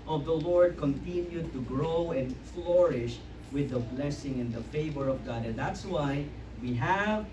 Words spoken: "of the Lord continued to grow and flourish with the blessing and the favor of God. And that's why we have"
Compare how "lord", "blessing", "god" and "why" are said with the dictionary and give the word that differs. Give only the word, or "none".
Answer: none